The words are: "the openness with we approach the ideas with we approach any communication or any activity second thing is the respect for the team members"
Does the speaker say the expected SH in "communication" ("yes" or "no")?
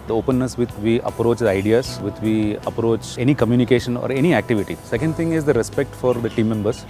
yes